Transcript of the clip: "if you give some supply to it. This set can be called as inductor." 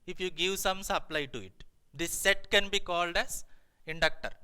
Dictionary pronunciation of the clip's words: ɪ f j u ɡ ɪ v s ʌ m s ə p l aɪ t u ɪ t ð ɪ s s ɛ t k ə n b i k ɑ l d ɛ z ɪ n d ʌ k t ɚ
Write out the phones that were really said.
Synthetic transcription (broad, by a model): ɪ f j u ɡ ɪ v s ʌ m s ə p l aɪ t u ɪ t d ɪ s s ɛ t k ə n b i k ɑ l d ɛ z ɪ n d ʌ k t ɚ